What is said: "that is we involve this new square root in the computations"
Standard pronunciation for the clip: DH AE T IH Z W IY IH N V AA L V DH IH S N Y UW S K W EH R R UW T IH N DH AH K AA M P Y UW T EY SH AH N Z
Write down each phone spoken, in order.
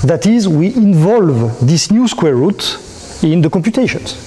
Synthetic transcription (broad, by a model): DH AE T IH Z W IY IH N V AA L V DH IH S N Y UW S K W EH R R UW T IH N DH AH K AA M P Y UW T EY SH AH N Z